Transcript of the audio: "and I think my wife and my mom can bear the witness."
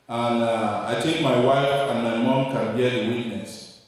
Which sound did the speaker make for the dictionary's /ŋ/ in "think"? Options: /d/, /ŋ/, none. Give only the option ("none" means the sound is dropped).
none